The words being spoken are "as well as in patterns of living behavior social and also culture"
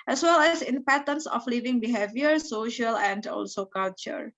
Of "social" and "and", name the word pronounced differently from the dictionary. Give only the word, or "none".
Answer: none